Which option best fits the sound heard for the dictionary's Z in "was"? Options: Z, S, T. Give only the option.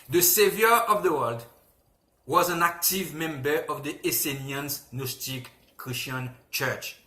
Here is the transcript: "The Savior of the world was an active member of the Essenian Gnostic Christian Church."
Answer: Z